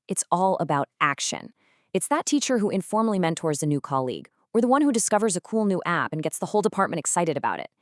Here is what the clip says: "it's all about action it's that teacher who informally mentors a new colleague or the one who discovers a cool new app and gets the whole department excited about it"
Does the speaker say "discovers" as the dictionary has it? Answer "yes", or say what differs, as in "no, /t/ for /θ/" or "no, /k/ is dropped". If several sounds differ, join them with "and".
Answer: yes